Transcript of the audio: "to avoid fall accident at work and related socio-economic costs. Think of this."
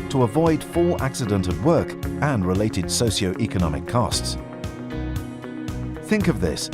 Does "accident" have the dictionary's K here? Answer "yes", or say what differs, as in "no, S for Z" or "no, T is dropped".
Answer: yes